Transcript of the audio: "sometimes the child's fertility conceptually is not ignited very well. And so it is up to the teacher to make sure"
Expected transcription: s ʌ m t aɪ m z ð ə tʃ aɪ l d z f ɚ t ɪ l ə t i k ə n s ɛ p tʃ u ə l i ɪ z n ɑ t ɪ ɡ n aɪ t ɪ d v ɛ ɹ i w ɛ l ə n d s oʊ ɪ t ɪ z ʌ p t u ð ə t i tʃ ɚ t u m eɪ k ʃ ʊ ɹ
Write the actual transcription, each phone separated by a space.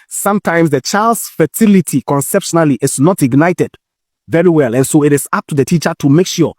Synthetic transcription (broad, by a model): s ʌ m t aɪ m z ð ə tʃ aɪ l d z f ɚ t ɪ l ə t i k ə n s ɛ p ʃ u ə l i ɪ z n ɑ t ɪ ɡ n aɪ t ɪ d v ɛ ɹ i w ɛ l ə n s oʊ ɪ t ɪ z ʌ p t u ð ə t i tʃ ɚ t u m eɪ k ʃ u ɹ